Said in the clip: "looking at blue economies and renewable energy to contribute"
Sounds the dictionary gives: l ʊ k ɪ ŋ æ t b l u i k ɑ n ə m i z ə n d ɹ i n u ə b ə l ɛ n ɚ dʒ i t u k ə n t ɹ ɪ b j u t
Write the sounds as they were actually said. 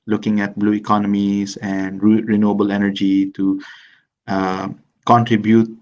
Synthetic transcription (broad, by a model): l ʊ k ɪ ŋ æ t b l u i k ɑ n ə m i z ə n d ɹ i n u ə b ə l ɛ n ɚ dʒ i t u k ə n t ɹ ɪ b j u t